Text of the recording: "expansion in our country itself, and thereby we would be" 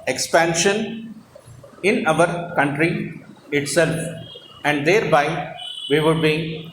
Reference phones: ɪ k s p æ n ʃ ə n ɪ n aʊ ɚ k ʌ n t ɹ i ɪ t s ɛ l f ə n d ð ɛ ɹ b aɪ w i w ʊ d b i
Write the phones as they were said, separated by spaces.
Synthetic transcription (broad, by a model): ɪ k s p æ n ʃ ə n ɪ n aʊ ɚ k ʌ n t ɹ i ɪ t s ɛ l f ə n d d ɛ ɹ b aɪ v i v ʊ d b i